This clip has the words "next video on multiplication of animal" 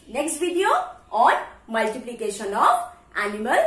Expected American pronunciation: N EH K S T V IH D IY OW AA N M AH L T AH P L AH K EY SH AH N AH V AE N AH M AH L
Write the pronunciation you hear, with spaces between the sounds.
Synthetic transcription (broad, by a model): N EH K S T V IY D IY OW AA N M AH L T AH P L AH K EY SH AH N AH P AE N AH M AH L